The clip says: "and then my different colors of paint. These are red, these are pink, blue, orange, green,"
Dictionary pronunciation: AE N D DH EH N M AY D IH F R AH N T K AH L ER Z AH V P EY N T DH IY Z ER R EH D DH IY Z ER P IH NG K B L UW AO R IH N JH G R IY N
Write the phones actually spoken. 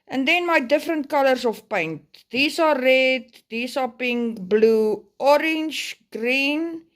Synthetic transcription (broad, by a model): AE N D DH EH N M AY D IH F R AH N T K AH L ER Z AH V P EY N T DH IY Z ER R EH D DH IY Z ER P IH NG K B L UW AO R IH N JH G R IY N